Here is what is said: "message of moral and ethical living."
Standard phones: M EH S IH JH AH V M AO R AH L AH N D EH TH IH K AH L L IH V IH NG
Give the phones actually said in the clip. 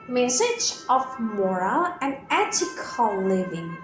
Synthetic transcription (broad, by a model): M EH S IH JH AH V M AO R AH L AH N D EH T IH K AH L L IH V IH NG